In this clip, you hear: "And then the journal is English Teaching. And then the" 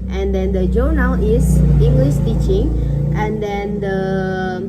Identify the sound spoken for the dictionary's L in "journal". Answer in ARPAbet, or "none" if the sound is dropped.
W